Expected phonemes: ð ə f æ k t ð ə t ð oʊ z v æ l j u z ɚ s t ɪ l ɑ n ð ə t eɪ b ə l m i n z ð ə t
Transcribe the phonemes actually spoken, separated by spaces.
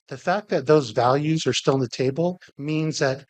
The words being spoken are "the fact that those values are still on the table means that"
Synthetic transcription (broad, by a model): ð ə f æ k ð ə t ð oʊ z v æ l j u z ɚ s t ɪ l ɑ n ð ə t eɪ b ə l m i n z ð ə t